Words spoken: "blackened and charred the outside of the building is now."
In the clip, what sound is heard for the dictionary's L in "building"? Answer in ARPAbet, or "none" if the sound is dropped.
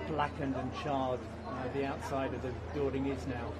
none